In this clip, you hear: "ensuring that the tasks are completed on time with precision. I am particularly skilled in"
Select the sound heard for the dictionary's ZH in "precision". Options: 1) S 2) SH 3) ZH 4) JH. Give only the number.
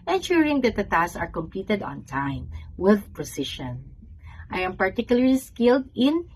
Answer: 2